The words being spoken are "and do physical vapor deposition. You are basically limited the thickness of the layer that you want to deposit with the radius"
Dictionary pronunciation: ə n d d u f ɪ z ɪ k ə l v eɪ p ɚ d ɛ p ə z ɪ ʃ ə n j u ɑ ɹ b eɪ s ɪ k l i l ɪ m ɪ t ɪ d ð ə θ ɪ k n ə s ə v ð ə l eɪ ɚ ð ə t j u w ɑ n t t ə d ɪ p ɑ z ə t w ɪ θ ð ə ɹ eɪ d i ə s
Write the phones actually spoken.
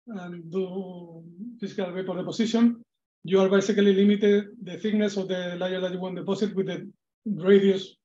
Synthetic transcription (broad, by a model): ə n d d u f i s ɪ k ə l w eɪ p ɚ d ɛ p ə s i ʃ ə n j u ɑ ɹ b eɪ s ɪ k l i l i m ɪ t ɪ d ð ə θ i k n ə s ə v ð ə l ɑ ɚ ð ə t j u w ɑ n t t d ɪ p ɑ s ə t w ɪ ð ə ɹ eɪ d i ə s